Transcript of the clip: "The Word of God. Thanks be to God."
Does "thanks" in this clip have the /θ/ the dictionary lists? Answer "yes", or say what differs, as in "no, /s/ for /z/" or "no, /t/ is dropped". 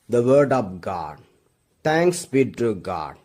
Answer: no, /t/ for /θ/